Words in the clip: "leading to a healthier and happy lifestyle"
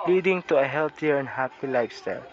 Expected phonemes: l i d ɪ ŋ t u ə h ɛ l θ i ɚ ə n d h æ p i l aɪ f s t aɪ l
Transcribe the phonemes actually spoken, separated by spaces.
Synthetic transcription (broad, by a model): l i d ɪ ŋ t u ə h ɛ l t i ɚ ə n d h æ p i l aɪ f s t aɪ l